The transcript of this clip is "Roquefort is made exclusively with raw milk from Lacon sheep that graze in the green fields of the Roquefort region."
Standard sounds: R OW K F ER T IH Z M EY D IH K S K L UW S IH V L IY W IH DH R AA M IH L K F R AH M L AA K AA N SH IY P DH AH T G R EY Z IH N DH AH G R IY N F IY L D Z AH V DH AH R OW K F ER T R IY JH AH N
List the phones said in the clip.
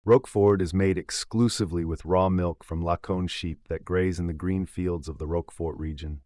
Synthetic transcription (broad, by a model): R OW K F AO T IH Z M EY D IH K S K L UW S IH V L IY W IH DH R AA M IH L K F R AH M L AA K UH N SH IY P DH AH T G R EY Z IH N DH AH G R IY N F IY L D Z AH V DH AH R OW K F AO T R IY JH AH N